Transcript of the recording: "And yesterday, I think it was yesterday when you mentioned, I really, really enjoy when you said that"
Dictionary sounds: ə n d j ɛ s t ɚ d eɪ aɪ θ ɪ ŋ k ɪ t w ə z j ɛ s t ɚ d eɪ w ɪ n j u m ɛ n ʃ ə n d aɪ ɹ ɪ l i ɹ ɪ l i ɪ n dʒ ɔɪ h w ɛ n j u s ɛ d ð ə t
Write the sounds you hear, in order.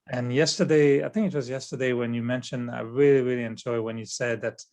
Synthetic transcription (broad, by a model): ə n j ɛ s t ɚ d eɪ aɪ θ ɪ ŋ k ɪ t w ə z j ɛ s t ɚ d eɪ w ɪ n j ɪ m ɛ n ʃ ə n d aɪ ɹ ɪ l i ɹ ɪ l i ɪ n dʒ ɔɪ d w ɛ n j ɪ s ɛ d ð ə t